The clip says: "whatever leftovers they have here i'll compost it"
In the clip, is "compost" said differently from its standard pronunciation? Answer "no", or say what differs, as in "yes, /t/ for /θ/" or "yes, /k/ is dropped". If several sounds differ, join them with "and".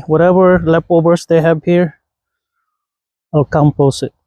yes, /t/ is dropped